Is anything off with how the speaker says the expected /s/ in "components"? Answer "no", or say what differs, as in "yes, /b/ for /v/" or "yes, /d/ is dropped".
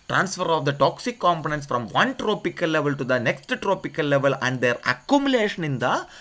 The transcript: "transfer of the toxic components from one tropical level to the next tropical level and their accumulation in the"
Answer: no